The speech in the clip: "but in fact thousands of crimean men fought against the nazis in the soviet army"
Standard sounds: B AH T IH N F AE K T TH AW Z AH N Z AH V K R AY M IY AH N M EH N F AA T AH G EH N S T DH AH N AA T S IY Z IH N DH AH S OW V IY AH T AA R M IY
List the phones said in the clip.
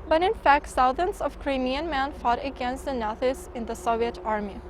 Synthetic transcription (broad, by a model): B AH T IH N F AE K T S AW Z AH N S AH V K R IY M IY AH N M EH N F AA T AH G EH N S T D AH N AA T IY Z IH N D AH S OW V IY AH T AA R M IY